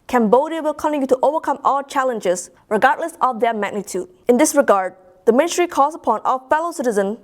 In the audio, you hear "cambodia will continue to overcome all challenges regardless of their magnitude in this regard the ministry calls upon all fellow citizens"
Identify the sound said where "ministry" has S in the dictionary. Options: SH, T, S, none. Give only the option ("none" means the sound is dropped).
none